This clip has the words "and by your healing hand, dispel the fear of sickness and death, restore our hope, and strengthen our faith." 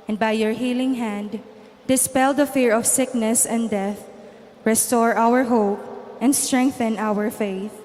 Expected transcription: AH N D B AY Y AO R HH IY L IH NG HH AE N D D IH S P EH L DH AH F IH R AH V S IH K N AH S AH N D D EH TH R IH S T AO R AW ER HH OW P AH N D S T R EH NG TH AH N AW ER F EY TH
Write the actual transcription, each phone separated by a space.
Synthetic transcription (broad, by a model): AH N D B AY Y AO R HH IY L IH NG HH AE N D D IH S P EH L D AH F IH R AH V S IH K N AH S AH N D D EH TH R IH S T AO R AW ER HH OW P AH N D S T R EH NG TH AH N AW ER F EY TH